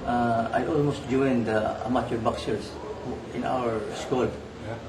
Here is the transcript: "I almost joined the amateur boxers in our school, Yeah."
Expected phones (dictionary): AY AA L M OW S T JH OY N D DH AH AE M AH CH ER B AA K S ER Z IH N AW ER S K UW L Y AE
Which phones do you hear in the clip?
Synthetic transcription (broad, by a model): AY AA L M OW S T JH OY N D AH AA M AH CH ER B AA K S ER S IH N AW ER S K UW L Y